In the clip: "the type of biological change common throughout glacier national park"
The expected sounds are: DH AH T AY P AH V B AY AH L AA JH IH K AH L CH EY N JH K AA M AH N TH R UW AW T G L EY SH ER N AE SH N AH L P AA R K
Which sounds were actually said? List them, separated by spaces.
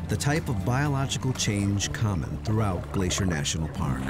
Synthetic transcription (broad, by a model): DH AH T AY P AH V B AY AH L AA JH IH K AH L CH EY N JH K AA M AH N TH R UW AW T G L EY SH ER N AE SH N L P AA R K